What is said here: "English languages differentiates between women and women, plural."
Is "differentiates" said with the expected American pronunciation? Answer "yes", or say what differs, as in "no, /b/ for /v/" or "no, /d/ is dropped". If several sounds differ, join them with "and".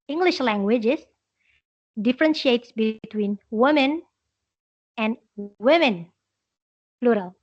yes